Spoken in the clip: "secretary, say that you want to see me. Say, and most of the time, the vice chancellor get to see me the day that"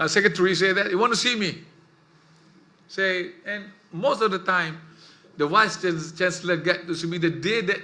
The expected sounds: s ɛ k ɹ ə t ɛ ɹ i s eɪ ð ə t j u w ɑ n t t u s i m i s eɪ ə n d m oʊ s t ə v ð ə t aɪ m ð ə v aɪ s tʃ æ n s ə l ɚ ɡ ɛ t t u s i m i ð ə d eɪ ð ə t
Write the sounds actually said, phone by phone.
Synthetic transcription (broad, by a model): s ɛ k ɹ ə t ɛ ɹ i s eɪ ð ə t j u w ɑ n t t u s i m i s eɪ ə n m oʊ s t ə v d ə t aɪ m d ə w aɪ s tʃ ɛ n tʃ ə l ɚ ɡ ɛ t t u s i m i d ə d eɪ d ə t